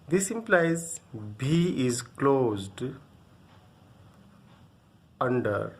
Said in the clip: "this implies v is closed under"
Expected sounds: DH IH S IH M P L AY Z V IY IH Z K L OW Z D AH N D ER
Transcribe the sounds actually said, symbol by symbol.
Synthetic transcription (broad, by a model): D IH S IH M P L AY Z B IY IH Z K L OW Z D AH N D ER